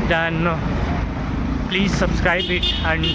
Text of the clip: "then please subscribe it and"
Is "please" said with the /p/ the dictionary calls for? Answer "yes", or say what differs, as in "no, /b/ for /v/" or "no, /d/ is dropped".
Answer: yes